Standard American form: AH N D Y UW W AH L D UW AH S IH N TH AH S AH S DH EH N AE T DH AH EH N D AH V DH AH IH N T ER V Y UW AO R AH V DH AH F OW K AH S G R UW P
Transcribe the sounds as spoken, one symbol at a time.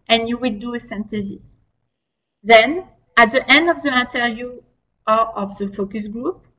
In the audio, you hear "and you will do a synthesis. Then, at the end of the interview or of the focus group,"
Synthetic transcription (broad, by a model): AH N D Y UW W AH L D UW AH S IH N T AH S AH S DH EH N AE T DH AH EH N D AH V DH AH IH N T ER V Y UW AO R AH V DH AH F OW K AH S G R UW P